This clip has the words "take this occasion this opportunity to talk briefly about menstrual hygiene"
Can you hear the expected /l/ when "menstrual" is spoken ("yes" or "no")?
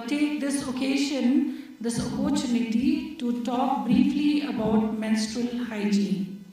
yes